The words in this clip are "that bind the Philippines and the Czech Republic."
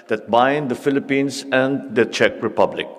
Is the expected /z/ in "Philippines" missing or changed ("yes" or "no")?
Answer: yes